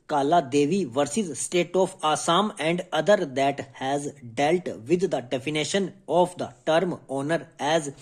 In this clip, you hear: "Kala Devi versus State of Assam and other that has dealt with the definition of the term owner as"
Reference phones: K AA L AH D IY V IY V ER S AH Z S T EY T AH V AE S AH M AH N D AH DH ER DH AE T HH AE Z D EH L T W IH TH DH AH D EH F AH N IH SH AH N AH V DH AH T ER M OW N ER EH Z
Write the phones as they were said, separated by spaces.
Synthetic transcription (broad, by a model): K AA L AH D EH V IY V ER S AH Z S T EY T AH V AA S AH M AH N D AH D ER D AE T HH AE Z D EH L T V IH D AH D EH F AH N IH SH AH N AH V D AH T ER M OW N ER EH Z